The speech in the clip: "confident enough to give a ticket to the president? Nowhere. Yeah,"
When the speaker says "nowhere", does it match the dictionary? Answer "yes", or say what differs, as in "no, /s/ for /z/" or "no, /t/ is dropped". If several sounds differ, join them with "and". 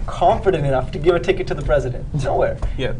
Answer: yes